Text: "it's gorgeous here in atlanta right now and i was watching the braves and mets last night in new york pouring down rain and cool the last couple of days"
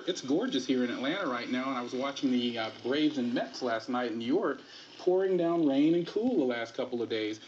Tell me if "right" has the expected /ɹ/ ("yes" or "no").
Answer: yes